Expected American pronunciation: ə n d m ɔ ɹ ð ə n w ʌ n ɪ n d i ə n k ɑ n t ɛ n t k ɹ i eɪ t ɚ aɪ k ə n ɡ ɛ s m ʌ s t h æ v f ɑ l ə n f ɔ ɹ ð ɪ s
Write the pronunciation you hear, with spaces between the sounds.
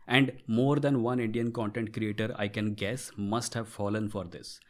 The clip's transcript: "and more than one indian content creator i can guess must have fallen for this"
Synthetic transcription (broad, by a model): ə n d m ɔ ɹ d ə n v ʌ n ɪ n d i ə n k ɑ n t ɛ n t k ɹ i eɪ t ɚ aɪ k ə n ɡ ɛ s m ʌ s t h æ v f ɑ l ə n f ɔ ɹ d ɪ s